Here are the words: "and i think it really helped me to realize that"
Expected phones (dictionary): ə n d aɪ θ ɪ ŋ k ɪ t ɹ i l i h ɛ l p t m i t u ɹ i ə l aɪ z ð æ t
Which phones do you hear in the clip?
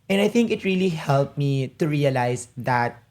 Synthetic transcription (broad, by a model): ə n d aɪ θ ɪ ŋ k ɪ t ɹ i l i h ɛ l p m i t u ɹ i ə l aɪ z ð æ t